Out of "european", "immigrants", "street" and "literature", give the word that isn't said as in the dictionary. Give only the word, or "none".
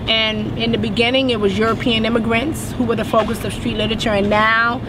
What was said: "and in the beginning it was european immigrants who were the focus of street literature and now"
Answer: none